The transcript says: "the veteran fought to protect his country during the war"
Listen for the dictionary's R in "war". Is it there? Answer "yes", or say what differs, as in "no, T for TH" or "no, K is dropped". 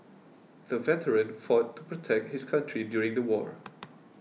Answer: yes